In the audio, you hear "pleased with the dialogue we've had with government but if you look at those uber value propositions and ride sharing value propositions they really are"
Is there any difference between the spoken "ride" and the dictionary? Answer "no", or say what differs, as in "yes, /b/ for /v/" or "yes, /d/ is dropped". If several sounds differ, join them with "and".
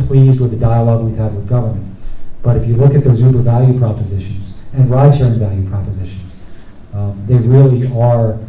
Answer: no